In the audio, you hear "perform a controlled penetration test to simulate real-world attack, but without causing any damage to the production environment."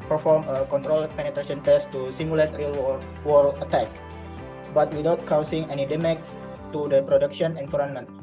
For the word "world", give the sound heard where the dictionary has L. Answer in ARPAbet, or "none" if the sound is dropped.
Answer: W